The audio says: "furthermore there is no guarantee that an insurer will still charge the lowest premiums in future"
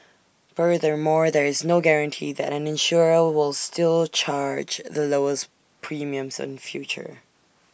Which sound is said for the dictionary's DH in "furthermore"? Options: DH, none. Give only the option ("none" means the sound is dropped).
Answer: DH